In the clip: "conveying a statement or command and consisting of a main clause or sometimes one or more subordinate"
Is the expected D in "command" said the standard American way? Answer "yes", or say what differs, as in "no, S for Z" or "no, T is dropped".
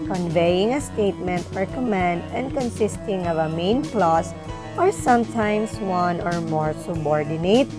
yes